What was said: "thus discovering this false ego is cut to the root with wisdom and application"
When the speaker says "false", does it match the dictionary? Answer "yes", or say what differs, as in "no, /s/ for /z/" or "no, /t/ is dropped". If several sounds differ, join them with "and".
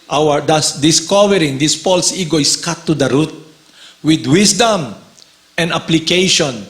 no, /p/ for /f/